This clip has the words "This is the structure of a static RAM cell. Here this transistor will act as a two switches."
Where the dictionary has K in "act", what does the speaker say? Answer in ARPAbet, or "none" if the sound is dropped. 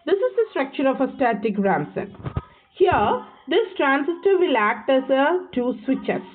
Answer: K